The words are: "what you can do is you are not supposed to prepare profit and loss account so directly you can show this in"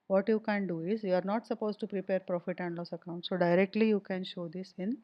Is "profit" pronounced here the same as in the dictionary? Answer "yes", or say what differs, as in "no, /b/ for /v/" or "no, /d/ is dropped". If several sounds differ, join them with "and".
yes